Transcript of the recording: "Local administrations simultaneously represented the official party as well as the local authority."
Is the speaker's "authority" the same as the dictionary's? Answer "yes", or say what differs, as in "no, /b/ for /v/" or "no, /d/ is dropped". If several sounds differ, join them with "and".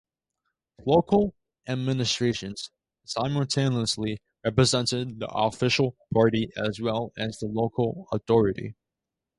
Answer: yes